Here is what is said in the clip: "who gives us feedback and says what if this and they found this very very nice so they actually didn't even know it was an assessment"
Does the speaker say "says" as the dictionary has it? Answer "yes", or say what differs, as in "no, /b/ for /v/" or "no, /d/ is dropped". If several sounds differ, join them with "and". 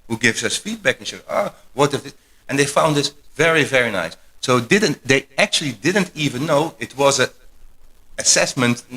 no, /z/ is dropped